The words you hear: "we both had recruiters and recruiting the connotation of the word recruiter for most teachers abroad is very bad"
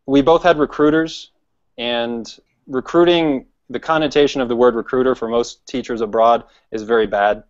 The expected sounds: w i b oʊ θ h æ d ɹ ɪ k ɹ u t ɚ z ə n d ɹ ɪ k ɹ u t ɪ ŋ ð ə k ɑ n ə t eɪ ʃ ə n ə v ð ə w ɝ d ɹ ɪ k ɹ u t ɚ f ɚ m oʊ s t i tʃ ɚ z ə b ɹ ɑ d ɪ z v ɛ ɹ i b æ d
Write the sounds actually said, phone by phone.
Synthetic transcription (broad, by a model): w i b oʊ θ h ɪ d ɹ ɪ k ɹ u t ɚ z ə n ɹ ɪ k ɹ u t ɪ ŋ ð ə k ɑ n ə t eɪ ʃ ə n ə v ð ə w ɝ d ɹ ɪ k ɹ u t ɚ f ɚ m oʊ s t i tʃ ɚ z ə b ɹ ɑ d ɪ z v ɛ ɹ i b æ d